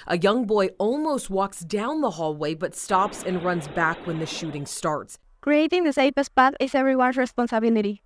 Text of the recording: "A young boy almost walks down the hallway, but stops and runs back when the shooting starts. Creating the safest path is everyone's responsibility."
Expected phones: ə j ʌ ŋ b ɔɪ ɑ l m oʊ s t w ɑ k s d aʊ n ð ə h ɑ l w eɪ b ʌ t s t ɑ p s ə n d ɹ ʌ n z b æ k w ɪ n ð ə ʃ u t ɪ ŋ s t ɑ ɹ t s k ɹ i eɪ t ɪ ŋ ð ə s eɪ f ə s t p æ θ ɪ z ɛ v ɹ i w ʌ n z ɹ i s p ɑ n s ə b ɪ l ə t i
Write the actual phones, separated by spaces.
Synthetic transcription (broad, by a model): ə j ʌ ŋ b ɔɪ ɑ l m oʊ s t w ɑ k s d aʊ n ð ə h ɑ l w eɪ b ʌ t s t ɑ p s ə n ɹ ʌ n z b æ k w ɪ n ð ə ʃ u t ɪ ŋ s t ɑ ɹ t s k ɹ i eɪ t ɪ ŋ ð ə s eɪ p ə s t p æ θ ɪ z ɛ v ɹ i w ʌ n s ɹ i s p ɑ n s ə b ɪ l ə t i